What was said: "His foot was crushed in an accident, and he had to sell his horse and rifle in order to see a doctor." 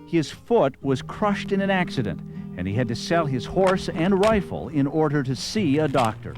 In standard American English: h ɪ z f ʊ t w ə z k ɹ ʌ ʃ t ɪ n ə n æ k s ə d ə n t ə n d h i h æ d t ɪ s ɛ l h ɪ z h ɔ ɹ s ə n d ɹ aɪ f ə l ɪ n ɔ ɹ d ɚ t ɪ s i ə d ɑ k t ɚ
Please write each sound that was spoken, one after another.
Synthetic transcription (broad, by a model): h ɪ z f ʊ t w ə z k ɹ ʌ ʃ t ɪ n ə n æ k s ə d ə n t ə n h i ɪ d t ɪ s ɛ l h ɪ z h ɔ ɹ s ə n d ɹ aɪ f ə l ɪ n ɔ ɹ d ɚ t ɪ s i ə d ɑ k t ɚ